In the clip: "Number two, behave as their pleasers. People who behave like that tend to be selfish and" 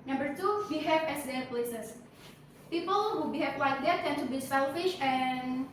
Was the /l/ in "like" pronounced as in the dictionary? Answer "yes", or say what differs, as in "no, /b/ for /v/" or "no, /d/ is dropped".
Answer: no, /w/ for /l/